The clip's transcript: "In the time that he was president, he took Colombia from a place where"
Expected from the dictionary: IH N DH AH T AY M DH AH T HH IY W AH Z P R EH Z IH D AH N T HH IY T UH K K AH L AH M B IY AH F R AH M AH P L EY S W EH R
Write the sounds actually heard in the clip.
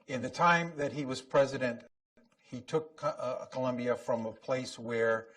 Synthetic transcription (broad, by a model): IH N DH AH T AY M DH AH T HH IY W AH Z P R EH Z IH D AH N T HH IY T UH K K AH L AH M B IY AH F R AH M AH P L EY S W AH R